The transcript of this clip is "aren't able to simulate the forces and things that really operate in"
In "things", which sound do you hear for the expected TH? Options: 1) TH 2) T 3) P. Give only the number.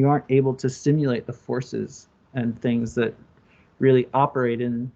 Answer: 1